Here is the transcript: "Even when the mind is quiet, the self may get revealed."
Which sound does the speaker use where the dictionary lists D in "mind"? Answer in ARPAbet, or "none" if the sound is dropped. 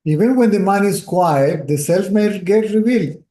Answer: none